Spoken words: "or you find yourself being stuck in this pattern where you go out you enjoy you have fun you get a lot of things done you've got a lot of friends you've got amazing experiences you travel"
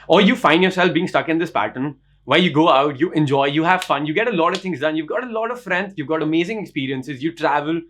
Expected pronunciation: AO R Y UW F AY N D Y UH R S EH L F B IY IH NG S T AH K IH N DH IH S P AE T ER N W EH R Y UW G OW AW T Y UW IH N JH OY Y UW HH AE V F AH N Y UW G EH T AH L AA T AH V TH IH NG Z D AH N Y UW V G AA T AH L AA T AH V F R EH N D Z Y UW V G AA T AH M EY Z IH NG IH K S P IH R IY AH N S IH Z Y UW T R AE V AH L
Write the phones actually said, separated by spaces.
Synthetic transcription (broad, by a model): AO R Y UW F AY N D Y UH R S EH L F B IY IH NG S T AH K IH N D IH S P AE T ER N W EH L Y UW G OW AW T Y UW IH N JH OY Y UW HH AE V F AH N Y UW G EH T AH L AA T AH V T IH NG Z D AH N Y UW V G AA T AH L AA T AH V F R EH N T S Y UW V G AA T AH M EY Z IH NG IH K S P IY R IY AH N S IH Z Y UW T R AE V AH L